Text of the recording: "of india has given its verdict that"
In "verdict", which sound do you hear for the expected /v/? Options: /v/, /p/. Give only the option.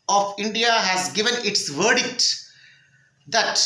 /v/